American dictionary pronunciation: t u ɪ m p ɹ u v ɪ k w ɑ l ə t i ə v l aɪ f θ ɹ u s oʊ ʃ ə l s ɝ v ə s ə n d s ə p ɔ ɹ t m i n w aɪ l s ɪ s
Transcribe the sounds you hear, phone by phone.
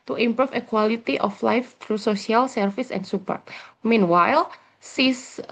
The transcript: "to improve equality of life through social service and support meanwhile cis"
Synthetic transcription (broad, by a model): t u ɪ m p ɹ u f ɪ k w ɑ l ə t i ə f l aɪ f t ɹ u s oʊ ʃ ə l s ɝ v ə s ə n s ə p ɔ ɹ t m i n w aɪ l s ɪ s